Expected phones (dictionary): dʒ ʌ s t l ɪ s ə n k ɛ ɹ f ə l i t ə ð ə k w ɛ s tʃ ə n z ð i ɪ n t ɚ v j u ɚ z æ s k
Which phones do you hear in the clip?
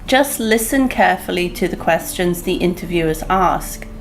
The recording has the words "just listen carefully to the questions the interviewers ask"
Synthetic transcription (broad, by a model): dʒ ʌ s t l ɪ s ə n k ɛ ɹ f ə l i t ə ð ə k w ɛ s tʃ ə n z ð i ɪ n t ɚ v j u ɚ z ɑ s k